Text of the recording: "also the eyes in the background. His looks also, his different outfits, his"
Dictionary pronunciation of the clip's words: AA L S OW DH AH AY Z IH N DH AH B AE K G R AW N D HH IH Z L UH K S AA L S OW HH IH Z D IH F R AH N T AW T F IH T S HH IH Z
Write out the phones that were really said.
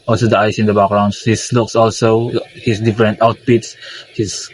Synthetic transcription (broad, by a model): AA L S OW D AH AY S IH N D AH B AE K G R AW N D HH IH S L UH K S AA L S OW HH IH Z D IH F R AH N T AW T P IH T S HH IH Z